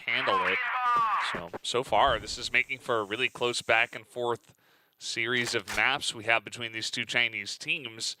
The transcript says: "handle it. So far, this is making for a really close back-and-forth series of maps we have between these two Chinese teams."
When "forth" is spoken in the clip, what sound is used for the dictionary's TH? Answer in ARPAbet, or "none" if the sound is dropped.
TH